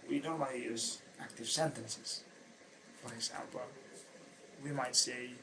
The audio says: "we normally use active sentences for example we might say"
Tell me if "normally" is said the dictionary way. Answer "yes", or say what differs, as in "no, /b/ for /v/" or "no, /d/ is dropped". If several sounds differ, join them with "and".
no, /l/ is dropped